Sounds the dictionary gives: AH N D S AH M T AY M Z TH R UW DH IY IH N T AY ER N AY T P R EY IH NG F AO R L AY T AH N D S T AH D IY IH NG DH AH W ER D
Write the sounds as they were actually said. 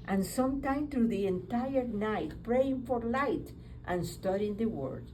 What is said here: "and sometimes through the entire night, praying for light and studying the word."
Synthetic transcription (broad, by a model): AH N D S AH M T AY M TH R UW DH IY IH N T AY ER N AY T P R EY IH NG F AO R L AY T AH N S T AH D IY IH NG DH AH W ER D